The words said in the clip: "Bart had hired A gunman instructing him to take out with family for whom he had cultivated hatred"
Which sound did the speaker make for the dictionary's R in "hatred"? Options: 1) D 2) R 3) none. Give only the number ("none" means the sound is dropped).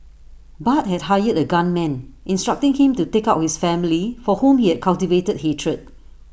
2